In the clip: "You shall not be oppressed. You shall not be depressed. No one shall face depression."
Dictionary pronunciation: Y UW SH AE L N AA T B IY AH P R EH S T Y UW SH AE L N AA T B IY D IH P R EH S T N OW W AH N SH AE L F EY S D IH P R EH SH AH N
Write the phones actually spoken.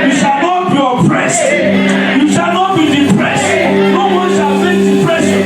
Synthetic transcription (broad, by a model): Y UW SH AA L N AA T B IY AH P R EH S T Y UW SH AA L N AA T B IY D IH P R EH S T N OW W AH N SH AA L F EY D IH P R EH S